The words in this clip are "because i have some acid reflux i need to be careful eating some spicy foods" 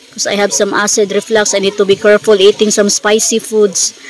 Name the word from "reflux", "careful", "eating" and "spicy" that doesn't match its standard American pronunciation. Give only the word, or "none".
none